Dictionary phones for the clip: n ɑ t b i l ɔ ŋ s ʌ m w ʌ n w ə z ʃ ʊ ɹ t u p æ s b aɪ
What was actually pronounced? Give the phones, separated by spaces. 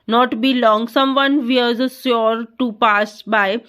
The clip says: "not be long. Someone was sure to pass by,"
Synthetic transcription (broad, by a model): n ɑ t b i l ɔ ŋ s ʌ m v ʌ n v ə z s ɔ ɹ t u p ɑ s b aɪ